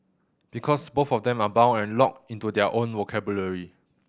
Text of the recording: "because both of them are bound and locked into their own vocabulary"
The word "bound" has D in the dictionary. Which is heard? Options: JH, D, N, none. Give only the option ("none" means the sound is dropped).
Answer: none